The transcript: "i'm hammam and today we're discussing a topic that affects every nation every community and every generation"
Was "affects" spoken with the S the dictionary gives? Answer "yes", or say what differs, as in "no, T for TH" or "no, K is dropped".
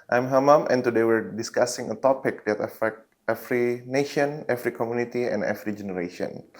no, S is dropped